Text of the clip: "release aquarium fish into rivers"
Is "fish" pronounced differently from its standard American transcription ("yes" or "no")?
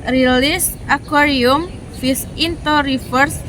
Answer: yes